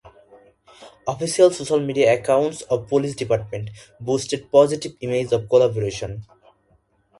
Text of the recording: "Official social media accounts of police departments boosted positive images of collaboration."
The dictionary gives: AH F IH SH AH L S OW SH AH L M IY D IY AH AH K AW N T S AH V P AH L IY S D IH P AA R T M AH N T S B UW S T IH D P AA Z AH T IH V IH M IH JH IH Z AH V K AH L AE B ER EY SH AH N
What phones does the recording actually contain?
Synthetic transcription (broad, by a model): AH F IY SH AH L S OW SH AH L M IY D IY AH AH K AW N T S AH B P AH L IY S D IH P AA R T M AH N T B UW S T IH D P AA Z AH T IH B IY M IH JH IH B K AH L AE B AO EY SH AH N